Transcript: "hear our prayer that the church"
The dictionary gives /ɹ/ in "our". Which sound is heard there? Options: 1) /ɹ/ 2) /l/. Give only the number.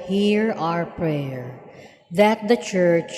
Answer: 1